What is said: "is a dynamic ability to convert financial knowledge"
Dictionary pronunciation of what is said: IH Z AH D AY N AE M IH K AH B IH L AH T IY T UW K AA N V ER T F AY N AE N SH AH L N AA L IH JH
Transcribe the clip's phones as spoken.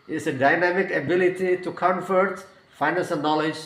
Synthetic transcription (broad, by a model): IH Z AH D AY N AE M IH K AH B IH L AH T IY T UW K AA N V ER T F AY N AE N S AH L N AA L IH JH